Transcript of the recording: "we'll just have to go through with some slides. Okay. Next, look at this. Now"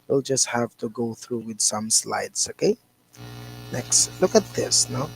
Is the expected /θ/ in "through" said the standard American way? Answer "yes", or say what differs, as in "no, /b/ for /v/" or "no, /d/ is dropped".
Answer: yes